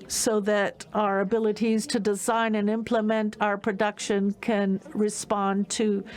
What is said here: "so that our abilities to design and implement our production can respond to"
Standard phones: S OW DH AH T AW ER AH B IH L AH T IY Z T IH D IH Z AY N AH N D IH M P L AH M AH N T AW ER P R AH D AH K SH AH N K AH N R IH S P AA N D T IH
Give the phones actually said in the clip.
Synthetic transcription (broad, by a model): S OW DH AH T AW ER AH B IH L AH T IY Z T IH D IH Z AY N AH N IH M P L AH M AH N T AW ER P R AH D AH K SH AH N K AH N R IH S P AA N T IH